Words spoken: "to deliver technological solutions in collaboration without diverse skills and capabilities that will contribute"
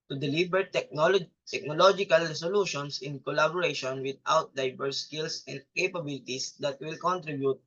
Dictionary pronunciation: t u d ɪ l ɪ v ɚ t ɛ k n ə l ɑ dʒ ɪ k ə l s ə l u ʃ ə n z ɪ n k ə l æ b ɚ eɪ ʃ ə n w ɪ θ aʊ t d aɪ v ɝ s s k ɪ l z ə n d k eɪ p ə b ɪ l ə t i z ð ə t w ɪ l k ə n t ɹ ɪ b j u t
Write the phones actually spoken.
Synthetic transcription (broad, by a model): t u d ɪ l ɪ b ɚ t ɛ k n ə l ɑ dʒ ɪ k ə l s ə l u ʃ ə n s ɪ n k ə l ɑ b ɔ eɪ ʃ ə n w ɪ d aʊ t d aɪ b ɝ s s k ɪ l s ə n d k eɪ p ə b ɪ l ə t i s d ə t w ɪ l k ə n t ɹ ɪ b j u t